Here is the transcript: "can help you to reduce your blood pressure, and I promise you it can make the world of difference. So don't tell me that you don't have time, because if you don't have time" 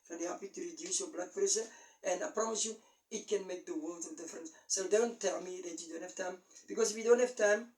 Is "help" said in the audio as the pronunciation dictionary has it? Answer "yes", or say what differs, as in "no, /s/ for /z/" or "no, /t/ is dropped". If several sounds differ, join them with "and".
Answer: no, /l/ is dropped